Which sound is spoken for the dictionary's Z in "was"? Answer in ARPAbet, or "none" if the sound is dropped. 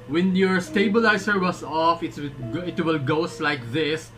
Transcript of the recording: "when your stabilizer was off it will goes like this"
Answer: S